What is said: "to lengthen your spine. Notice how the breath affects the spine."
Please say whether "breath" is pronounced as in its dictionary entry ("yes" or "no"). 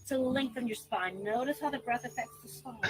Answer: yes